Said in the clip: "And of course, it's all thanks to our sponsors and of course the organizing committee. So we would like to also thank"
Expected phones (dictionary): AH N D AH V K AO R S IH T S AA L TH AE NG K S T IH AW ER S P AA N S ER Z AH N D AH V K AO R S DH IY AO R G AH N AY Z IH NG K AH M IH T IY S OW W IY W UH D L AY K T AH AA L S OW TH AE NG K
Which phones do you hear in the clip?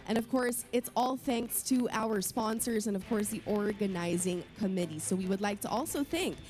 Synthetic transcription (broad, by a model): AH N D AH V K AO R S IH T S AA L TH AE NG K S T IH AW ER S P AA N S ER Z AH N AH V K AO R S DH IY AO R G AH N AY Z IH NG K AH M IH T IY S OW W IY W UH D L AY K T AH AA L S OW TH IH NG K